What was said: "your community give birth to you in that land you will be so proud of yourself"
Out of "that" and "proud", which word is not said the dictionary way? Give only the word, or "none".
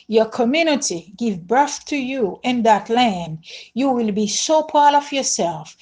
proud